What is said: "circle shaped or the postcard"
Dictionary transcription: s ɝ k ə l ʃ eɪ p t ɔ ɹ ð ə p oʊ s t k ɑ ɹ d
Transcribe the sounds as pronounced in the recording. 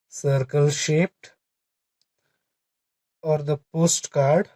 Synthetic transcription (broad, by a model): s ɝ k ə l ʃ eɪ p t ɔ ɹ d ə p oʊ s t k ɑ ɹ d